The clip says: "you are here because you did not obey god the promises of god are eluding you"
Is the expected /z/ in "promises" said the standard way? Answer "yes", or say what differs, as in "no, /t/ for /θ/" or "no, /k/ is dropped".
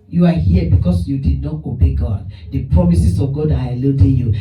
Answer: no, /s/ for /z/